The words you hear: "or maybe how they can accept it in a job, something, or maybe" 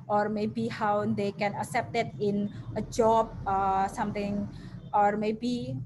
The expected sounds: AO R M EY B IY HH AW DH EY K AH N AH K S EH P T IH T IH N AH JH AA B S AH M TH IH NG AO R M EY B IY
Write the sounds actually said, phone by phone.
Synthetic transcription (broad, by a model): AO R M EY B IY HH AW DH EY K AH N AH K S EH P T IH T IH N AH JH AA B S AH M T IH NG AO R M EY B IY